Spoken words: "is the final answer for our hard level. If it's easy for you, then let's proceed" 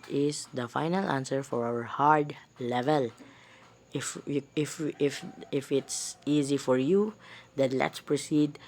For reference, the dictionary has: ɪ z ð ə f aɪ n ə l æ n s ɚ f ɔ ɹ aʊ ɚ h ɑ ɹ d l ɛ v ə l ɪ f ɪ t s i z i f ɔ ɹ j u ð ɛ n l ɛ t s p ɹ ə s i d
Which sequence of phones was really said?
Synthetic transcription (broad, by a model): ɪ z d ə f aɪ n ə l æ n s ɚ f ɔ ɹ aʊ ɚ h ɑ ɹ d l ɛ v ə l ɪ f ɪ t s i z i f ɔ ɹ j u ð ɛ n l ɛ t s p ɹ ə s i d